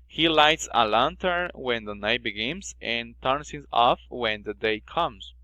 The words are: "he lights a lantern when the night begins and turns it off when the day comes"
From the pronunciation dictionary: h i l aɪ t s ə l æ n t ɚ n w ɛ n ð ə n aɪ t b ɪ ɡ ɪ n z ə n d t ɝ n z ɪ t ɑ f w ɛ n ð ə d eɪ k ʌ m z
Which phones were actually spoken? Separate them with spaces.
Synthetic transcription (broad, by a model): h i l aɪ t s ə l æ n t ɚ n w ɛ n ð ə n aɪ t b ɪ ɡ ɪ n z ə n t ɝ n s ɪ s ɑ f w ɛ n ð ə d eɪ k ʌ m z